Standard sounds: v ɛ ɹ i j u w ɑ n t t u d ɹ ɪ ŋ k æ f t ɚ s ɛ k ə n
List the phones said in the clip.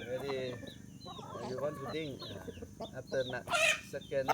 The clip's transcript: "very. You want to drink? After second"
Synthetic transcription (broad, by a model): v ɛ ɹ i j u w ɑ n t t u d ɪ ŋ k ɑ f t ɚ s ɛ k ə n